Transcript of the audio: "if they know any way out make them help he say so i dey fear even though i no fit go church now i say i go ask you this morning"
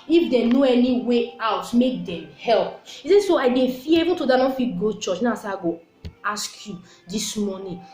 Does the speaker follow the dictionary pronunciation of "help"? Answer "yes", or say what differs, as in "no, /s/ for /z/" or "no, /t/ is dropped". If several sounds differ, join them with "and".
yes